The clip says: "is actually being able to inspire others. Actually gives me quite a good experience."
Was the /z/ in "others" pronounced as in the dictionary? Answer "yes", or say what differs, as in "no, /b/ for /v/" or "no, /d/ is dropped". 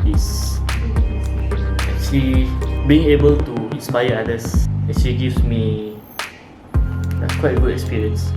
no, /s/ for /z/